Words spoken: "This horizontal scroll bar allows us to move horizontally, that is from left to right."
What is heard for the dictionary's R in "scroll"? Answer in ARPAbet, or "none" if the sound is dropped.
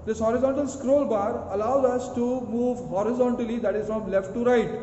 R